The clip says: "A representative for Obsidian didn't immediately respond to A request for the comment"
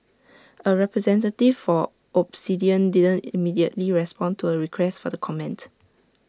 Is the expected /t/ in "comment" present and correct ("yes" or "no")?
yes